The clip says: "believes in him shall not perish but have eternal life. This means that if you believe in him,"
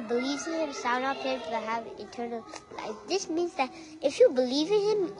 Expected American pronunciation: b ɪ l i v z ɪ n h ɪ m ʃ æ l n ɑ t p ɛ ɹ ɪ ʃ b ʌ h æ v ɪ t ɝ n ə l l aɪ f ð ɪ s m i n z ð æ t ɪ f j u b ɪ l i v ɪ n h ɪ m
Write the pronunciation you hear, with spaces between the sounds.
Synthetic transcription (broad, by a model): b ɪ l i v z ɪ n h ɪ m s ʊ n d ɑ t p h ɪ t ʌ h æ v ɪ t ɝ n ə l l aɪ f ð ɪ s m i n z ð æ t ɪ f j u b ɪ l i v ɪ n h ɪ m